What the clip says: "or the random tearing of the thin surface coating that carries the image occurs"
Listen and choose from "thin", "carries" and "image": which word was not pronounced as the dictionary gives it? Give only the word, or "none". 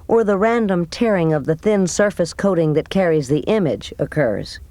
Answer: none